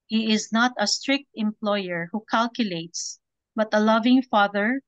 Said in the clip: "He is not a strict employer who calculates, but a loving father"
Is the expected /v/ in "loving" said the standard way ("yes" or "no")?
yes